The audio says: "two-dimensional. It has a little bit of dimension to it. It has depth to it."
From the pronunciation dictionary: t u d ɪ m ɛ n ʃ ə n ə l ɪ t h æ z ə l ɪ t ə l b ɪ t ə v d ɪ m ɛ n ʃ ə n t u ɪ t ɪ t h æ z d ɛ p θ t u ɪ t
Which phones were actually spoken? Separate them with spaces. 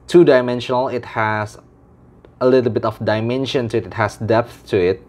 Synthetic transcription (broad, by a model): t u d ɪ m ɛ n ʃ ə n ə l ɪ t h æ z ə l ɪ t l b ɪ t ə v d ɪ m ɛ n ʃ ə n t u ɪ t ɪ t h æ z d ɛ p θ t u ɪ t